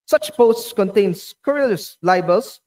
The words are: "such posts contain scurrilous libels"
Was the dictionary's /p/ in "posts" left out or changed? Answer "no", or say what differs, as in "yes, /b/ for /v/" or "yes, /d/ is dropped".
no